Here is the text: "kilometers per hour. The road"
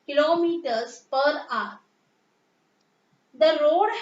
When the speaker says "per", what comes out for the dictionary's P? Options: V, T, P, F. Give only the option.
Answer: P